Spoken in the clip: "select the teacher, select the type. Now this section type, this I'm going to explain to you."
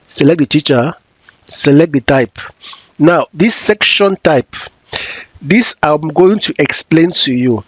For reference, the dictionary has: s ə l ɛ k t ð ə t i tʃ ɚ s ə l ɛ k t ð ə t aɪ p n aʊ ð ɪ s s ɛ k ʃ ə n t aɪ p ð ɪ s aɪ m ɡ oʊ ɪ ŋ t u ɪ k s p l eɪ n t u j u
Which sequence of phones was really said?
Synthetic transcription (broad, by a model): s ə l ɛ k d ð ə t i tʃ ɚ s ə l ɛ k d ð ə t aɪ p n aʊ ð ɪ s s ɛ k ʃ ə n t aɪ p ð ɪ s aɪ m ɡ oʊ ɪ ŋ t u ɪ k s p l eɪ n t u j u